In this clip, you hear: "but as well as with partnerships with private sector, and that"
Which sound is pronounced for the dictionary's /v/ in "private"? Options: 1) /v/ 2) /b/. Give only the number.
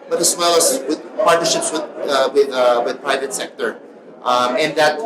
1